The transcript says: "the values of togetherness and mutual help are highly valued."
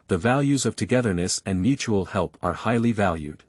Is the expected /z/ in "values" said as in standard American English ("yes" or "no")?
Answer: yes